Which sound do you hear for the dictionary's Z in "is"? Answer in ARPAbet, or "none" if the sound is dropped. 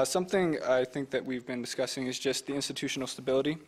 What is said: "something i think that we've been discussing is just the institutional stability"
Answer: Z